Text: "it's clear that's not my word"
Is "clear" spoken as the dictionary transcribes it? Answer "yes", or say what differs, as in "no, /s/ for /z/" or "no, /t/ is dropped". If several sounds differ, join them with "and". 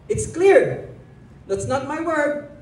yes